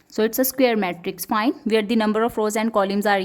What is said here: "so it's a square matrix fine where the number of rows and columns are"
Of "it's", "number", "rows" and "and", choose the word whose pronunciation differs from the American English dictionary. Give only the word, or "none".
none